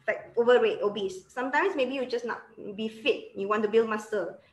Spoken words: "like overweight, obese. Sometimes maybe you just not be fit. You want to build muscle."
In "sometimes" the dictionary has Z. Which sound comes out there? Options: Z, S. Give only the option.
S